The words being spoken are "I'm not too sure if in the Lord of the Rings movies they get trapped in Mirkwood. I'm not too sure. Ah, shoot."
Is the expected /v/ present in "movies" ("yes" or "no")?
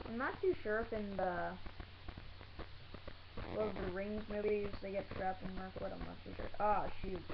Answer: no